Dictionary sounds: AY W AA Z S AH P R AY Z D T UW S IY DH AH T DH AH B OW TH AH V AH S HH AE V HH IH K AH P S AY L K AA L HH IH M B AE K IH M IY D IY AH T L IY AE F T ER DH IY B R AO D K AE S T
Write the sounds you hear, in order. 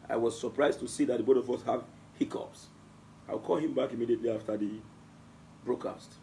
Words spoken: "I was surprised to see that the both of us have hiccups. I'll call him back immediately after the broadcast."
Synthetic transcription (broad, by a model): AY W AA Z S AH P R AY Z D T UW S IY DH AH T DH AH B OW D AH V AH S HH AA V HH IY K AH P S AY W K AA L HH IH M B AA K IH M IY D IY AH T L IY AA F T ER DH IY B R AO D K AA S T